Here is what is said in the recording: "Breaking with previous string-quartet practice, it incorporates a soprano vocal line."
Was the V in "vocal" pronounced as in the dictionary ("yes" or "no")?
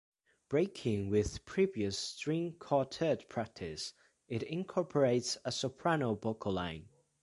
no